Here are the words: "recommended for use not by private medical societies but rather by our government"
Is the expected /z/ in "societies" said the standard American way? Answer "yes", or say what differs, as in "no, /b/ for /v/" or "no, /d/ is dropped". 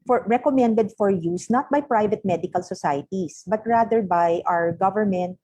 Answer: no, /s/ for /z/